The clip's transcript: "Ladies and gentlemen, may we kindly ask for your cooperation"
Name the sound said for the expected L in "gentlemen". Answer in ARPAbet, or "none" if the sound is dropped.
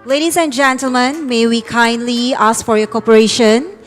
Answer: L